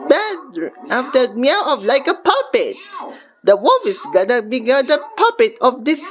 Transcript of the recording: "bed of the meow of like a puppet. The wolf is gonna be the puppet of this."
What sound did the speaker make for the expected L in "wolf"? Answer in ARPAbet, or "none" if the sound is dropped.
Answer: none